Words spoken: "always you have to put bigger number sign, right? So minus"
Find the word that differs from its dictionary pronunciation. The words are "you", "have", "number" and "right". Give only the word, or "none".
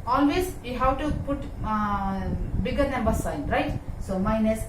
have